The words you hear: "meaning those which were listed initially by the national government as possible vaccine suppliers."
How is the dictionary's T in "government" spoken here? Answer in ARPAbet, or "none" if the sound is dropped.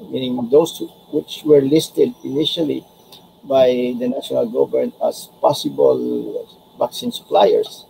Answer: none